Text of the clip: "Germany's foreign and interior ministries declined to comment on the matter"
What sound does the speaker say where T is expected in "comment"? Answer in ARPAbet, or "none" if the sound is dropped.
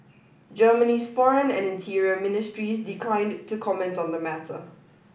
T